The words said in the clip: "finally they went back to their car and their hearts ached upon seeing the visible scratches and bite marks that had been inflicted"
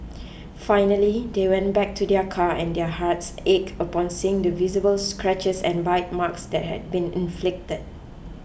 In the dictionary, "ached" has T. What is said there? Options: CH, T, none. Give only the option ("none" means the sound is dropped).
none